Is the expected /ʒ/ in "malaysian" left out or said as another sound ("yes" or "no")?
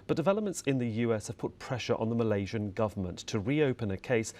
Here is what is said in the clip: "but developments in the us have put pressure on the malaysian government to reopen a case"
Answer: no